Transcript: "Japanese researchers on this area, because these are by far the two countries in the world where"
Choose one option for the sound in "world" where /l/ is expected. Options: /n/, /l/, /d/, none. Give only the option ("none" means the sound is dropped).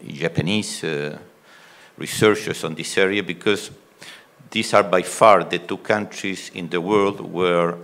/l/